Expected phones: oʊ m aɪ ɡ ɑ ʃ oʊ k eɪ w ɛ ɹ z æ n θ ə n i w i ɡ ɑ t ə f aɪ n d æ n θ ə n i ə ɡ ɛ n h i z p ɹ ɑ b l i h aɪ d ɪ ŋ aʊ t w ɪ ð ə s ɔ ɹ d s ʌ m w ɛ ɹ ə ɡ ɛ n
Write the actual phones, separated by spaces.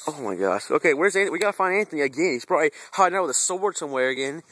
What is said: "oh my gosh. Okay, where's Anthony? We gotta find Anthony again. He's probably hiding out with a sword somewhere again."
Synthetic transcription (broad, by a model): oʊ m aɪ ɡ ɑ ʃ oʊ k eɪ w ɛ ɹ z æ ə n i w i ɡ ɑ t ə f aɪ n æ n θ ə n i ə ɡ ɛ n h i z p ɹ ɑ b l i h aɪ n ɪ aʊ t w ɪ ð ə s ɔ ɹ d s ʌ m w ɛ ɹ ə ɡ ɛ n